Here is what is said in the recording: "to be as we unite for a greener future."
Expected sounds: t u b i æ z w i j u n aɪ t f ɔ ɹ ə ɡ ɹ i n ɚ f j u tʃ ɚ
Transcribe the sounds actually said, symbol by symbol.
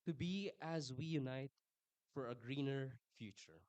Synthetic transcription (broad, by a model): t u b i æ z w i j u n aɪ t f ɔ ɹ ə ɡ ɹ i n ɚ f j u tʃ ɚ